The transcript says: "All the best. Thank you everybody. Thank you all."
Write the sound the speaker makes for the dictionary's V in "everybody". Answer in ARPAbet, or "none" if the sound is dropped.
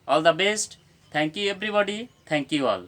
B